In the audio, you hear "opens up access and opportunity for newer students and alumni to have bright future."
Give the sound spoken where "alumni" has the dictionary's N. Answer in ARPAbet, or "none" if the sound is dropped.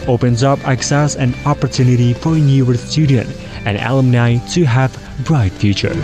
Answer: N